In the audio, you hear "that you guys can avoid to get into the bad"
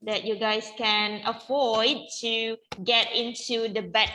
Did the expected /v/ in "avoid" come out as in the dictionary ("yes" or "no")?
no